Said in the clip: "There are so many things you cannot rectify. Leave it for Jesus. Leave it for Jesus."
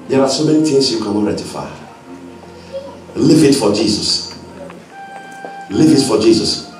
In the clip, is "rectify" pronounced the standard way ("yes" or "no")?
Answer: no